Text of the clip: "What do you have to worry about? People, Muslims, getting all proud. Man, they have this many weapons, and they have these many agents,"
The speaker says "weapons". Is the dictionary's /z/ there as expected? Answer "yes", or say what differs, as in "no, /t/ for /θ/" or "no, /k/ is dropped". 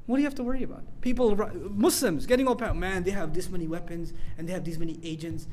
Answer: yes